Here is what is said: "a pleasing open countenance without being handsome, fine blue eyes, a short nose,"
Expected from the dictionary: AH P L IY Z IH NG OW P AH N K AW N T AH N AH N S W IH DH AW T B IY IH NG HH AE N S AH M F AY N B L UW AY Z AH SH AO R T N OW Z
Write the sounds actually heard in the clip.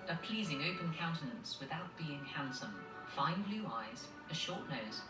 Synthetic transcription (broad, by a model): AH P L IY Z IH NG OW P AH N K AW N T AH N AH N S W IH DH AW T B IY IH NG HH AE N S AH M F AY N B L UW AY Z AH SH AO T N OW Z